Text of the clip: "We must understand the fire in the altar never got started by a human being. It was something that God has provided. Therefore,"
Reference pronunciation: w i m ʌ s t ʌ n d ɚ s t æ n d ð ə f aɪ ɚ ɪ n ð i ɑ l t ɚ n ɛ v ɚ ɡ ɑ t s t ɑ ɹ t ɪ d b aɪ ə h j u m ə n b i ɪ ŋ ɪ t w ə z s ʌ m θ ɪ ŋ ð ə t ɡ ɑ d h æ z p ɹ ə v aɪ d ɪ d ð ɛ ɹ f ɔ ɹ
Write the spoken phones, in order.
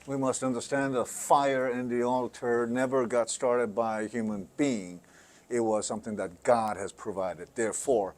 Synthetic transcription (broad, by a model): w i m ʌ s t ʌ n d ɚ s t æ n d ð ə f aɪ ɚ ɪ n ð i ɑ l t ɚ n ɛ v ɚ ɡ ɑ t s t ɑ ɹ t ɪ d b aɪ ə h j u m ə n b i ɪ ŋ ɪ t w ə z s ʌ m θ ɪ ŋ ð ə t ɡ ɑ d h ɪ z p ɹ ə v aɪ d ɪ d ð ɛ ɹ f ɔ ɹ